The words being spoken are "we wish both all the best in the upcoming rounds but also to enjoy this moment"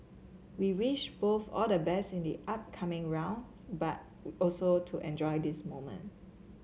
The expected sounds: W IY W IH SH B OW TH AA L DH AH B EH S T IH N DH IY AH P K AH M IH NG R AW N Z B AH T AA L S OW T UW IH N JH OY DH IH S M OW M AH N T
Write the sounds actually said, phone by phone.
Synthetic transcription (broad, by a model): W IY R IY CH B OW TH AA L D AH B EH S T IH N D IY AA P K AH M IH NG R AW N B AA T AA L S OW T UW IH N JH OY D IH S M OW M AH N T